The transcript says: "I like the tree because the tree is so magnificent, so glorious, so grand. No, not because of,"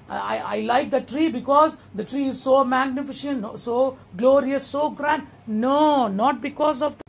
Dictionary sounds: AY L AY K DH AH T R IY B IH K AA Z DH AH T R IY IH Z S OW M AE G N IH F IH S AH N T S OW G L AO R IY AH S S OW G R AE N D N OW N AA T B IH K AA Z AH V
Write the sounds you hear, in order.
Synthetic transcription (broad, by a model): AY L AY K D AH T R IY B IH K AA Z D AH T R IY IH Z S OW M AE G N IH F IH SH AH N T S OW G L AO R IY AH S S OW G R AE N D N OW N AA T B IH K AA Z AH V